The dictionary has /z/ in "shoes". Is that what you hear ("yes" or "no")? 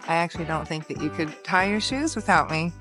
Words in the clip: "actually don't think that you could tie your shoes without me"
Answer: yes